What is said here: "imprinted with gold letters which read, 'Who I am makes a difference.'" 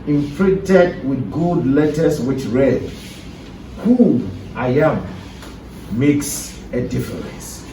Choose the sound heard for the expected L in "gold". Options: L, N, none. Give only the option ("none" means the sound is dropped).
none